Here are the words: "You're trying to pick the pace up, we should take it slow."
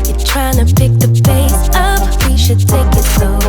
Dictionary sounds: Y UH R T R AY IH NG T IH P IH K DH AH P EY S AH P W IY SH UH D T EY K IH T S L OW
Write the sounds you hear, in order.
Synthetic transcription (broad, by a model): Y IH T R AY IH NG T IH P IH K DH AH B EY S AH P W IY SH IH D T EY K IH T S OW